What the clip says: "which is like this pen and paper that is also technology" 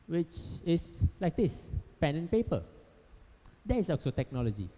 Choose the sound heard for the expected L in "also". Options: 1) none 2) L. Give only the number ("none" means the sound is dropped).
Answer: 1